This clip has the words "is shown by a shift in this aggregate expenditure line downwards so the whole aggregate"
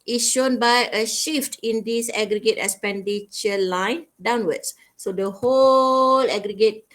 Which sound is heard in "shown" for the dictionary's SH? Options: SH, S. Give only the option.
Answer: SH